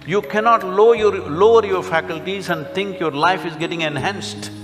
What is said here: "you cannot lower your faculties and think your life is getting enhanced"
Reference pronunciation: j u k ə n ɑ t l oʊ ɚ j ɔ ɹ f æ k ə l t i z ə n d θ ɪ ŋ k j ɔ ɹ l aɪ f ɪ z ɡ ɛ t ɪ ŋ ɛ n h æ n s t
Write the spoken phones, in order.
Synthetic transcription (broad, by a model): j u k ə n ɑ t l oʊ ɚ j ɔ ɹ f æ k ə l t i z ə n d t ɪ ŋ k j ɔ ɹ l aɪ f ɪ z ɡ ɛ t ɪ ŋ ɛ n h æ n s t